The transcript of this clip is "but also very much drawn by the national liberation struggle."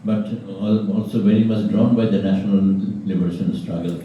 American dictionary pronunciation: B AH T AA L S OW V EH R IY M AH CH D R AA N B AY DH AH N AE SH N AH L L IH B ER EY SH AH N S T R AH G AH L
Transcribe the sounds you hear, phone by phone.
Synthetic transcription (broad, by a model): B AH T AA L S OW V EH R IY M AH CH D R AA N B AY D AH N AE SH N AH L L IH B ER EY SH AH N S T R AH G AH L